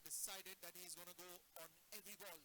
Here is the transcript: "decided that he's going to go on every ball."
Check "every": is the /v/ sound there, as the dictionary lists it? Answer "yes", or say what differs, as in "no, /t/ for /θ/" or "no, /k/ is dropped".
yes